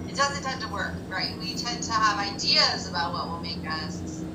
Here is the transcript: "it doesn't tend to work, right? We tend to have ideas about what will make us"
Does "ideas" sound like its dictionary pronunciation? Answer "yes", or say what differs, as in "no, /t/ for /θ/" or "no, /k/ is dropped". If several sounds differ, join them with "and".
yes